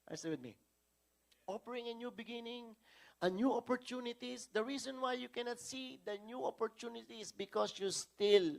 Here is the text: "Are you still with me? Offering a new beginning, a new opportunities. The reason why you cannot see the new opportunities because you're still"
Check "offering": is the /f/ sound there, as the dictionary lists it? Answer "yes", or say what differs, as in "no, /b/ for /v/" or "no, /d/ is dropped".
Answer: no, /p/ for /f/